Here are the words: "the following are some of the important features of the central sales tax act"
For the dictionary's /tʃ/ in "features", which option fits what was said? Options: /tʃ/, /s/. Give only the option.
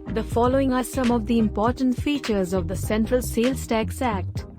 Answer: /tʃ/